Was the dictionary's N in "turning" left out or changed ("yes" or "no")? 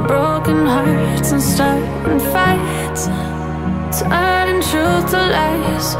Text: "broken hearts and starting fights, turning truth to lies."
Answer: yes